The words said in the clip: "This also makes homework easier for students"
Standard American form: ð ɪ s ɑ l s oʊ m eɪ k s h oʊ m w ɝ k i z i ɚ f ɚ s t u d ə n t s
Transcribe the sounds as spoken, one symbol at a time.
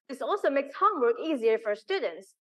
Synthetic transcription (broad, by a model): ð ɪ s ɑ l s oʊ m eɪ k s h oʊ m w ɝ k i z i ɚ f ɚ s t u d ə n t s